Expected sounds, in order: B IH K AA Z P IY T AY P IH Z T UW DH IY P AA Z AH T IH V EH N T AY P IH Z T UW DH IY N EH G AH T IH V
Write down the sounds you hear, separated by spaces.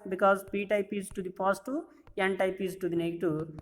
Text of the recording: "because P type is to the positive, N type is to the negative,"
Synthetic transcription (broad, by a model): B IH K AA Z P IY T AY P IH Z T UW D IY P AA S T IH EH N T AY P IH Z T UW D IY N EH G T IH